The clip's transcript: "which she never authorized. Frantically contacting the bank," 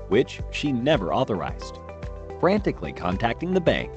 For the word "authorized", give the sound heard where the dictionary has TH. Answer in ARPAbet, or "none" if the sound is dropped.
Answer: TH